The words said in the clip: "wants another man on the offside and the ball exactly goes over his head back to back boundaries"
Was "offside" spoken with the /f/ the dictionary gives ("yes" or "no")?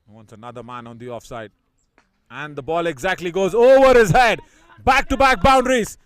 yes